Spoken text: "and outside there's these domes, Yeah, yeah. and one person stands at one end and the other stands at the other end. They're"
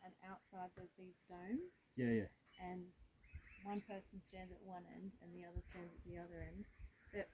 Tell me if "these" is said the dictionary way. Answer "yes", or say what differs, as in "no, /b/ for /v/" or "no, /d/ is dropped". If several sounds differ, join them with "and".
yes